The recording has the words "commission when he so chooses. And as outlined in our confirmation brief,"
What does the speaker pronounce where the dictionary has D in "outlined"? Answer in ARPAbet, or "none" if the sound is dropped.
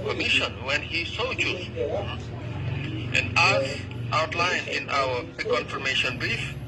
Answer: none